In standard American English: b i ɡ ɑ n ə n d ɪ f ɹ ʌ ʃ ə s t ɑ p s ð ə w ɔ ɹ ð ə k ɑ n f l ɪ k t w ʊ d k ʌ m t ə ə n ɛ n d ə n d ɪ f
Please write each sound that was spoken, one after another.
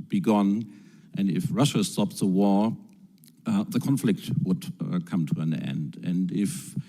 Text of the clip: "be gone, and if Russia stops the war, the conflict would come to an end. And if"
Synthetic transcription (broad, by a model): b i ɡ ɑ n ə n d ɪ f ɹ ʌ ʃ ə s t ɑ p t ð ə w ɔ ɹ ð ə k ɑ n f l ɪ k t w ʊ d k ʌ m t ə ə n ɛ n d ə n d ɪ f